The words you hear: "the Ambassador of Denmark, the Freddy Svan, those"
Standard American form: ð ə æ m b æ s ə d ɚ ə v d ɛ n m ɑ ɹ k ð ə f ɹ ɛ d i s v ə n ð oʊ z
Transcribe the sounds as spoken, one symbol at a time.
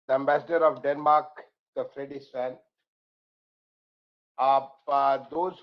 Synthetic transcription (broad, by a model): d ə æ m b æ s ə d ɚ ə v d ɛ n m ɑ ɹ k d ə f ɹ ɛ d i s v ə n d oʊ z